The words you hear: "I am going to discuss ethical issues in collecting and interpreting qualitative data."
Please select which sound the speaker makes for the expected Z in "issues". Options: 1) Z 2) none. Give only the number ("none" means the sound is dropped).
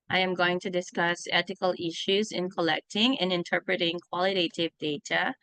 1